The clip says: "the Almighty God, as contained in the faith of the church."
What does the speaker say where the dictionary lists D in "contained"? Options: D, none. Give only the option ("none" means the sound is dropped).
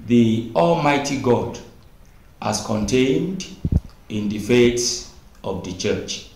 D